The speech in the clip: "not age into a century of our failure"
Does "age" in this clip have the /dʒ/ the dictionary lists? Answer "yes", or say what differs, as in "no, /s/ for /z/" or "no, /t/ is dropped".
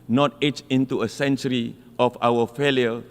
no, /tʃ/ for /dʒ/